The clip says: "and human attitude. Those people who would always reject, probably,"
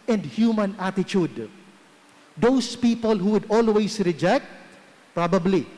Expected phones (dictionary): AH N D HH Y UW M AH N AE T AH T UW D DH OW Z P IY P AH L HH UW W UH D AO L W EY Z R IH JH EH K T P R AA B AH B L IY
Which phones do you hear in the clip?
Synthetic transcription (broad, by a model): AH N D HH Y UW M AH N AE T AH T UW D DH OW S P IY P AH L HH UW W UH D AO L W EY S R IH JH EH K T P R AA B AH B L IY